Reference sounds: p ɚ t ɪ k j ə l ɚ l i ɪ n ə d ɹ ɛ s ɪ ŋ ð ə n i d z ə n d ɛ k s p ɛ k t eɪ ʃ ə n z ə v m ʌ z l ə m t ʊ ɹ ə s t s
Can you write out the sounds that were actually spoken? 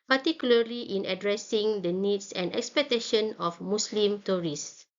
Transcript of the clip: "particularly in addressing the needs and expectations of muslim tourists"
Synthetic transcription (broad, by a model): p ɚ t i k j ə l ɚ l i ɪ n ə d ɹ ɛ s ɪ ŋ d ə n i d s ə n d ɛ k s p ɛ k t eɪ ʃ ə n ə f m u s l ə m t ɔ ɹ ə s s